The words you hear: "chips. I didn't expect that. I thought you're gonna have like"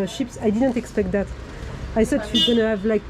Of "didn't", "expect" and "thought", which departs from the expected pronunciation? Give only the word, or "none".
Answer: thought